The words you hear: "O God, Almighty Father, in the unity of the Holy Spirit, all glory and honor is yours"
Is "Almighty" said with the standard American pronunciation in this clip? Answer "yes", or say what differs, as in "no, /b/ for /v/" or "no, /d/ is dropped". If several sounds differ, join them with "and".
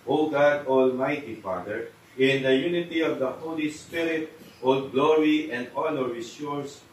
yes